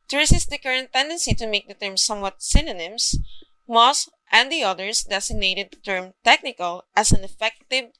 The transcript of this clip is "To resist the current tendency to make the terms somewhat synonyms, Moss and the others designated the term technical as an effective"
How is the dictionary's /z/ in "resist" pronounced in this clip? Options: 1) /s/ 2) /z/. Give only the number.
1